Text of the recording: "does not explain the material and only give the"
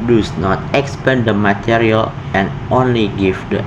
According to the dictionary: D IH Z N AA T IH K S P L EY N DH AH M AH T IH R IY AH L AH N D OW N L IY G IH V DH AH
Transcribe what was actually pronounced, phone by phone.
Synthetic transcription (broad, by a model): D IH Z N AA T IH K S P EY N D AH M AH T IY R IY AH L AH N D OW N L IY G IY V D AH